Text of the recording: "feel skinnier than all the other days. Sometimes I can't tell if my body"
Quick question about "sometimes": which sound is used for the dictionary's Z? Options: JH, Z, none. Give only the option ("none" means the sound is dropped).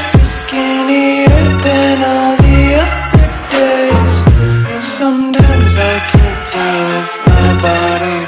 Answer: Z